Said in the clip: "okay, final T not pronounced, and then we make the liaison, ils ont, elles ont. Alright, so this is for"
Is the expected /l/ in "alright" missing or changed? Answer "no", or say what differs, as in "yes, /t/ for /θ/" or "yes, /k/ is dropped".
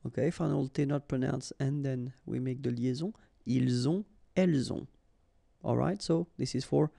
no